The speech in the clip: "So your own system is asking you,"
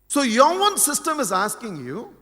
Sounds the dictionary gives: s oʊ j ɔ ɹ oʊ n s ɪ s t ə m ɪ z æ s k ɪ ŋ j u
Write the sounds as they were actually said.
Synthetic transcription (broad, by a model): s oʊ j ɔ w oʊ n s ɪ s t ə m ɪ z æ s k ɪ ŋ j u